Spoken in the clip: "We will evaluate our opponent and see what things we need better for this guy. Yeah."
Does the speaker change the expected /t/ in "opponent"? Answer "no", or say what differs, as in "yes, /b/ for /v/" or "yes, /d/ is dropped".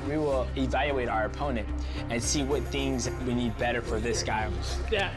no